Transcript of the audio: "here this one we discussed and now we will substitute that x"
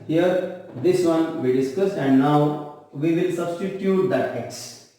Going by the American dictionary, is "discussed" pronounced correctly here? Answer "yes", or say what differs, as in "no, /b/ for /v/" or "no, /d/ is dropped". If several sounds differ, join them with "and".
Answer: no, /t/ is dropped